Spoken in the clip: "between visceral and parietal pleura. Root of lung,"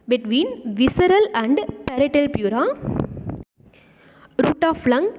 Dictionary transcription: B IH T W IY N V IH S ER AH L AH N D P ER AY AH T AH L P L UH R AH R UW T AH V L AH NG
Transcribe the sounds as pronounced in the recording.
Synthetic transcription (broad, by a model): B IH T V IY N V IH S ER AH L AH N D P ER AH T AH L P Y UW R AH R UW T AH F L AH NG